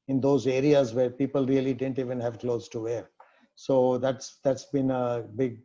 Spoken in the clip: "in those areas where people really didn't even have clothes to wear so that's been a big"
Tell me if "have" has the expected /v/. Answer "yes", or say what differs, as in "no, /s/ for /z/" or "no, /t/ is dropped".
yes